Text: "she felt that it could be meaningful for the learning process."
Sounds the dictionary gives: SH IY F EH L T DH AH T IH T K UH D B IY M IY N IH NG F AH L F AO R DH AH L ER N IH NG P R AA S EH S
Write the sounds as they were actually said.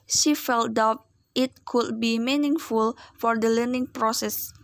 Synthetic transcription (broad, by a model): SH IY F EH L T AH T IH T K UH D B IY M IY N IH NG F AH L F AO R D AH L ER N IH NG P R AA S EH S